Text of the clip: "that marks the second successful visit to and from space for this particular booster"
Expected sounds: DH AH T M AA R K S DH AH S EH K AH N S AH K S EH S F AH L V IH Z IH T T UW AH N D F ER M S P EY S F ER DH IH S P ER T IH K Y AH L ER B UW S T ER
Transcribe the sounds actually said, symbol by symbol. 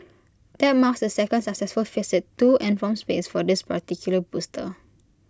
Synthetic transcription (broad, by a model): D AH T M AA K S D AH S EH K AH N S AH K S EH S F AH L F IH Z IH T T UW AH N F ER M S P EY S F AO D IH S P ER T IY K Y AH L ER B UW S T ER